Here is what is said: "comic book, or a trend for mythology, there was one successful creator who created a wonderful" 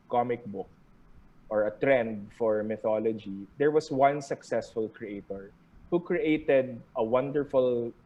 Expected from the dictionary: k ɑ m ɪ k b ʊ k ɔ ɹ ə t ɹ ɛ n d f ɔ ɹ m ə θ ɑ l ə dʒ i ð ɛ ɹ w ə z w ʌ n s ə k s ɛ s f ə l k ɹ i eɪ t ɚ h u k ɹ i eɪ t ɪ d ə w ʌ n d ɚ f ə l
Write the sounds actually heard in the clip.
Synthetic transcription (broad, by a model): k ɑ m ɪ k b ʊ k ɔ ɹ ə t ɹ ɛ n d f ɔ ɹ m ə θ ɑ l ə dʒ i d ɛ ɹ w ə s w ʌ n s ə k s ɛ s f ə l k ɹ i eɪ t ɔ h u k ɹ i eɪ t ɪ d ə w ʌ n d ɚ f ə l